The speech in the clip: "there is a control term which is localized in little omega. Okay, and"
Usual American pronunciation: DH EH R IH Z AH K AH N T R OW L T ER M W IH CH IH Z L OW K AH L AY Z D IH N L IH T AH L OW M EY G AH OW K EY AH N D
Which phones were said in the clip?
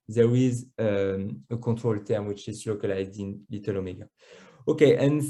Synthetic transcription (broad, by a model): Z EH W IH Z AH K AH T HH OW L T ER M W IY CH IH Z L OW K AH L AY Z D IH N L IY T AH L OW M EY G AH OW K EY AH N